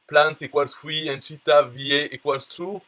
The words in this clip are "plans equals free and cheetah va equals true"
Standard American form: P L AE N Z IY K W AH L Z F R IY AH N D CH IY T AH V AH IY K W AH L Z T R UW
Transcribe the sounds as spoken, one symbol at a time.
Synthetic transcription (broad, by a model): P L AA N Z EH K W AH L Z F W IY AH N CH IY T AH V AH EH K W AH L S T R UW